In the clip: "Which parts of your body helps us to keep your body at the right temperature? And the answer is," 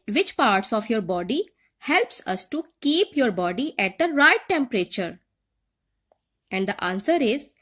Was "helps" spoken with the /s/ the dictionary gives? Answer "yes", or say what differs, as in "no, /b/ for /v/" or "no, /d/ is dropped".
yes